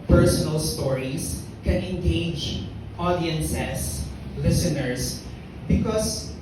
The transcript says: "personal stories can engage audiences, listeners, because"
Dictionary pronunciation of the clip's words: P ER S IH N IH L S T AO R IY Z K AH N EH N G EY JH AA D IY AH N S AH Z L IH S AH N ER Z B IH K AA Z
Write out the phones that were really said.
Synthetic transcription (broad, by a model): P ER S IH N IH L S T AO R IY S K AH N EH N G EY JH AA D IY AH N S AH S L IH S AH N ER S B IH K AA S